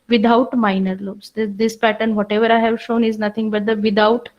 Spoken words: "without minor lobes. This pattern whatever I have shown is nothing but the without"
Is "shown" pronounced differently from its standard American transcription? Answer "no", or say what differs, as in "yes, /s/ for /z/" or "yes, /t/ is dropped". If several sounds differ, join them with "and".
no